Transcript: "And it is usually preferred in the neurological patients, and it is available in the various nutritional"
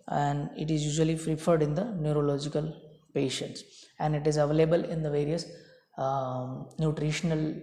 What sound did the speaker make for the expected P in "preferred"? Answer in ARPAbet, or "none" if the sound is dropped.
F